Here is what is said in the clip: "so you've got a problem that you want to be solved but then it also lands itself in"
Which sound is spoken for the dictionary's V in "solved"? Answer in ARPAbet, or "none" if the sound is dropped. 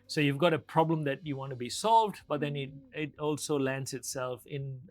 V